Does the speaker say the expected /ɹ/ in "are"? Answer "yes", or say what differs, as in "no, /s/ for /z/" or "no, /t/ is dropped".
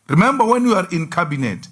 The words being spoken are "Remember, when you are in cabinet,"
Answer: yes